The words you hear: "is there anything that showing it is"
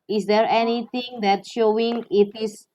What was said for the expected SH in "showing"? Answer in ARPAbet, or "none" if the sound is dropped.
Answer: SH